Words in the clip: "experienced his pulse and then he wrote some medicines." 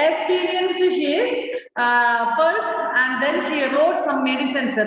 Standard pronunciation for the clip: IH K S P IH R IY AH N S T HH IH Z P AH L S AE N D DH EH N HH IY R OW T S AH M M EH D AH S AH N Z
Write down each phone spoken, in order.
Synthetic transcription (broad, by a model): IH K S P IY R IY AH N S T HH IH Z F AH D S AE N D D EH N HH IY R OW T S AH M M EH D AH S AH N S